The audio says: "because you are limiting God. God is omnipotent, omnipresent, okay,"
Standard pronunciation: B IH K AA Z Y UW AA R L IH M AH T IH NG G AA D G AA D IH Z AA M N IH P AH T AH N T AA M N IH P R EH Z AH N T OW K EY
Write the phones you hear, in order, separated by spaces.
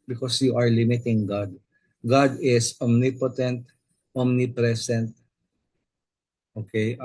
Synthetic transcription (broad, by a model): B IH K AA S Y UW AA R L IH M AH T IH NG G AA D G AA D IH S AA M N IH P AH T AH N T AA M N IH P R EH S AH N T OW K EY